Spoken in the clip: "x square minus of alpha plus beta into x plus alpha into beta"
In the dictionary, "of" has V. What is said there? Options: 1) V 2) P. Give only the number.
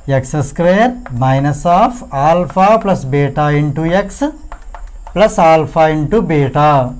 2